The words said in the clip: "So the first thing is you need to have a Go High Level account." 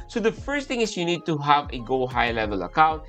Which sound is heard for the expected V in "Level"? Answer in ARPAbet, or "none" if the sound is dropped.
V